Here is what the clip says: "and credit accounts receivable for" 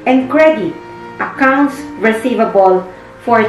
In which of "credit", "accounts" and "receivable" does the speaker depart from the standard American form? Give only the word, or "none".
none